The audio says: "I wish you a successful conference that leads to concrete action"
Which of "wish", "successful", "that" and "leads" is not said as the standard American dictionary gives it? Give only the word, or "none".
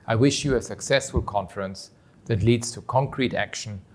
none